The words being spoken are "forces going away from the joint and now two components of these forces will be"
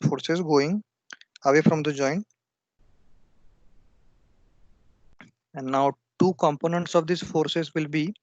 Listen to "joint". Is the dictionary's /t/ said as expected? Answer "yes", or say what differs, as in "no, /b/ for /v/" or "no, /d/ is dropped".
no, /t/ is dropped